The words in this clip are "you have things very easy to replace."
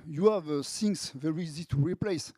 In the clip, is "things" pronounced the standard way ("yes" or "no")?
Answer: no